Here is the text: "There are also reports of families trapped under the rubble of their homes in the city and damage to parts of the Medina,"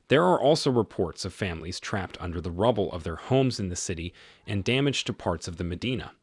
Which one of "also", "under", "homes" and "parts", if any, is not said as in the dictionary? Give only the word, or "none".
none